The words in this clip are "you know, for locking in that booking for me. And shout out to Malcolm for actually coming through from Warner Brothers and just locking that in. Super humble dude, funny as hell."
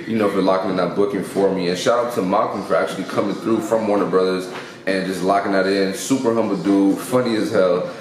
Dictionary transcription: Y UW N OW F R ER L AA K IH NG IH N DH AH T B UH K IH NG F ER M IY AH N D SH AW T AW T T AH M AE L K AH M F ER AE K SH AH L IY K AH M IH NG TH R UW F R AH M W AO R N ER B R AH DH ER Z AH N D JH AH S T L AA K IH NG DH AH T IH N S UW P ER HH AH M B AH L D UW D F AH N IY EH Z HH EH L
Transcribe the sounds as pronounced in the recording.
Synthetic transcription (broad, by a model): Y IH N OW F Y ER L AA K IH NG IH N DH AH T B UH K IH NG F ER M IY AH N SH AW AW T T AH M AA K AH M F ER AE K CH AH L IY K AH M IH NG TH R UW F R AH M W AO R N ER B R AH DH ER Z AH N JH AH S T L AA K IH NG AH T IH N S UW P ER HH AH M B L D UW F AH N IY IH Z HH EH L